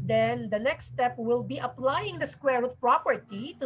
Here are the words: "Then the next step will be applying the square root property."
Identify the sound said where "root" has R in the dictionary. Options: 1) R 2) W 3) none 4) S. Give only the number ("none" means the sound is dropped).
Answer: 2